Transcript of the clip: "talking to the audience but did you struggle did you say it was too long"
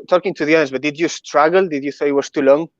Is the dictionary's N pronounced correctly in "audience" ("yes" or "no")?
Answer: no